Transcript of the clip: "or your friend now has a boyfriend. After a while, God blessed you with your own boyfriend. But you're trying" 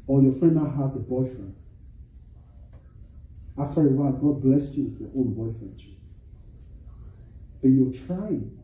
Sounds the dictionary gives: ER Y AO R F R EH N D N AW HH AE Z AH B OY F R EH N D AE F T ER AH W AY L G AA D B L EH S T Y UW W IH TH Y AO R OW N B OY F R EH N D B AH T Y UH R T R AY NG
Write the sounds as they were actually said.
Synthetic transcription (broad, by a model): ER Y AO F R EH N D N AW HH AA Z AH B OY F R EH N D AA F T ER AH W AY N G AA D B L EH S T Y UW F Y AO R OW N B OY F R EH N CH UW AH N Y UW L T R AY